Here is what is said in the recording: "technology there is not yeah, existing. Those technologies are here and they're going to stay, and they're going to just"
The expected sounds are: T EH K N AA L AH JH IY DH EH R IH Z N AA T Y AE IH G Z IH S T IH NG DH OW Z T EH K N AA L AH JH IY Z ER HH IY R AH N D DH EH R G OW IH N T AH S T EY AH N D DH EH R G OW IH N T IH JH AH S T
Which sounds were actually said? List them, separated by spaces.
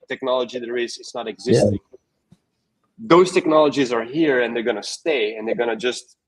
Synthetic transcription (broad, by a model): T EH K N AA L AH JH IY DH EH R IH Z N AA T IH G Z IH S T IH NG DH OW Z T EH K N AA L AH JH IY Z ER HH IY R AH N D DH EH R G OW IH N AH S T EY AH N D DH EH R G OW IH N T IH JH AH S T